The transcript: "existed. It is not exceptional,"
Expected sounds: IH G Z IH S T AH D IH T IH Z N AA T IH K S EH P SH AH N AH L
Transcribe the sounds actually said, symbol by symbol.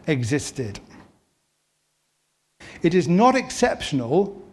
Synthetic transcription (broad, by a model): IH G Z IH S T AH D IH T IH Z N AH T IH K S EH P SH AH N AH L